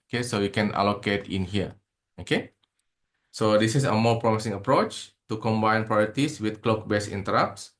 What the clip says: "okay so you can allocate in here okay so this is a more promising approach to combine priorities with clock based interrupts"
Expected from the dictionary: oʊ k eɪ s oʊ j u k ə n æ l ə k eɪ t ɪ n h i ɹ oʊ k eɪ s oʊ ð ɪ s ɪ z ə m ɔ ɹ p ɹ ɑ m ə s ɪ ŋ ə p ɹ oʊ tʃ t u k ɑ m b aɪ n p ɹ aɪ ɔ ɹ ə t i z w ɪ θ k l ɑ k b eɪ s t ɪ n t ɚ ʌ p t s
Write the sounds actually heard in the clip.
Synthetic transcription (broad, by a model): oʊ k eɪ s oʊ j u k ə n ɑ l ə k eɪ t ɪ n h i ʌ oʊ k eɪ s oʊ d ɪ s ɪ s ə m ɔ p ɹ ɑ m ə s ɪ ŋ ə p ɹ oʊ tʃ t u k ɑ m b aɪ n p ɹ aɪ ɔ ɹ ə t i s w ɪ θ k l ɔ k b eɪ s ɪ n t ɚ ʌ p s